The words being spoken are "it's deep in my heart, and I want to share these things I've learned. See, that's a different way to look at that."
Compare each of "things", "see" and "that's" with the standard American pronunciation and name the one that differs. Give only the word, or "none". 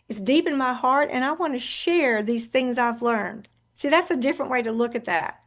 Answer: none